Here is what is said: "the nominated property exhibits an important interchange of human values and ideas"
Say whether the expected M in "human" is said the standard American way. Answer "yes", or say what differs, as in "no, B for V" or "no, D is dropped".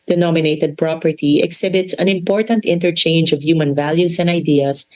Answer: yes